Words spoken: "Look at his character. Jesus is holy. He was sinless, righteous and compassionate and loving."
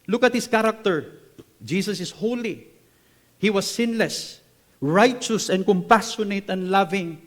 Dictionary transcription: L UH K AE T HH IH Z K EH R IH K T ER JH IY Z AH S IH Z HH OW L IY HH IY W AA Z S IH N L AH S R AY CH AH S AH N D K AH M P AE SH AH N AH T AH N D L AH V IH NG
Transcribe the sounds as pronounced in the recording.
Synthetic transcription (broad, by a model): L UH K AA T HH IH S K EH R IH K T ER JH IY S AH S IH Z HH OW L IY HH IY W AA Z S IH N L AH S R AY CH AH S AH N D K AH M P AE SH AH N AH T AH N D L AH V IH NG